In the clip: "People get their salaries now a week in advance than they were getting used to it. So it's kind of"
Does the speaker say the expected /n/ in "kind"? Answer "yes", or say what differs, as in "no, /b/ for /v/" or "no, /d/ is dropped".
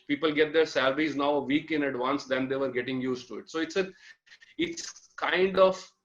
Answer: yes